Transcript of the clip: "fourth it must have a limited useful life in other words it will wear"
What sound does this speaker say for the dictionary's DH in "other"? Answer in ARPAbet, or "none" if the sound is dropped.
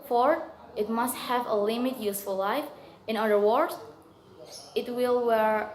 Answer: none